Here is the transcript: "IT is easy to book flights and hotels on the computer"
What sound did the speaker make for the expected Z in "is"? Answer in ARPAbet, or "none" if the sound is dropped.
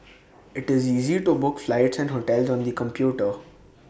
Z